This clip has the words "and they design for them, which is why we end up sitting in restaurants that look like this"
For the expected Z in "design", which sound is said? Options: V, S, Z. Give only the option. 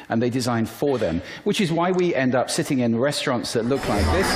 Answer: Z